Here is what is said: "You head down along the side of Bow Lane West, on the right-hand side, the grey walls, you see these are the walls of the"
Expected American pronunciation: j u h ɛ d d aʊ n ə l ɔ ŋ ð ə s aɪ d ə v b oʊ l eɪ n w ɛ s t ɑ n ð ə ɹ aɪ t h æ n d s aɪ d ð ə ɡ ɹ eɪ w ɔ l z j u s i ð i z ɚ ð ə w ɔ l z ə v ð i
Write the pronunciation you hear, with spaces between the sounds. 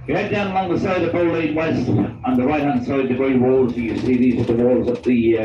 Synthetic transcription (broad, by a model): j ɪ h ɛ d d aʊ n ə l ɔ ŋ ð ə s aɪ d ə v b oʊ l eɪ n w ɛ s t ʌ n ð ə ɹ aɪ t h æ n d s aɪ d ð ə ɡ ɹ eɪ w ɔ l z j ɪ s i ð i z ɚ ð ə w ɔ l z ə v ð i